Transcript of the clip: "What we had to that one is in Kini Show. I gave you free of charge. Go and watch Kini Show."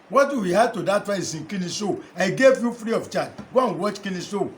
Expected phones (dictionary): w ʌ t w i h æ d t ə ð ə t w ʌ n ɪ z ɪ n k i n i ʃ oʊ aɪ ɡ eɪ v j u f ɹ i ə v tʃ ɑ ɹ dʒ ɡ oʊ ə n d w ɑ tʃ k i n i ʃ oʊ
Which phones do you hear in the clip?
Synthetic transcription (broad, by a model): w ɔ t w i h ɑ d t ə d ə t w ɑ ɪ s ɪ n k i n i s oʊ aɪ ɡ eɪ v j u f ɹ i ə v tʃ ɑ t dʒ ɡ oʊ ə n w ɑ tʃ k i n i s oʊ